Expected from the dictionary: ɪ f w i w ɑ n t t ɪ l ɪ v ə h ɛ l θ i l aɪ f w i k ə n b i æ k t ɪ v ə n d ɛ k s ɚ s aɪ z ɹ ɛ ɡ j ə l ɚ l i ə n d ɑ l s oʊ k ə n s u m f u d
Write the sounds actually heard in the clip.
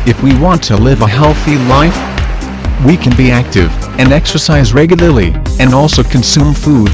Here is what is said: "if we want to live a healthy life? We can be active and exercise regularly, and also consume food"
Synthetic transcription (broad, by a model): ɪ f w i w ɑ n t t ɪ l ɪ v ə h ɛ l θ i l aɪ f w i k ə n b i æ k t ɪ v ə n ɛ k s ɚ s aɪ z ɹ ɛ ɡ j l ɚ l i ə n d ɑ l s oʊ k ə n s u m f u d